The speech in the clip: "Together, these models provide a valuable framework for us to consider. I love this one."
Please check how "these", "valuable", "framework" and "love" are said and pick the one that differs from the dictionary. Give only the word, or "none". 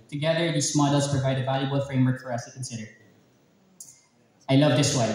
these